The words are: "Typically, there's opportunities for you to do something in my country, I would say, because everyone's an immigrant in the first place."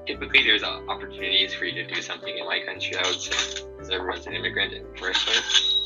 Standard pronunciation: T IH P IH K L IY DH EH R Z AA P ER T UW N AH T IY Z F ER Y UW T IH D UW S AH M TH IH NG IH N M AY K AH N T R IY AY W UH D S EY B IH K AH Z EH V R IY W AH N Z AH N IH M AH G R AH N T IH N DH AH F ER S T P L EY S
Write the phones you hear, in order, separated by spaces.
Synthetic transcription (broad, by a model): T IH P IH K L IY DH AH R Z AA P ER T UW N AH T IY Z F ER Y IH T IH D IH S AH M TH IH NG IH N M AY K AH N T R IY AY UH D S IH AH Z EH V R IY W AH N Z AH N IH M AH G R AH N T IH N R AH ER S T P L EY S